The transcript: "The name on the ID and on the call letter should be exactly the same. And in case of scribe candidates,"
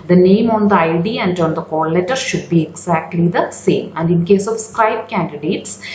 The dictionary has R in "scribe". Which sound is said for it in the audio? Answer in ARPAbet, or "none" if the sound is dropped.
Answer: none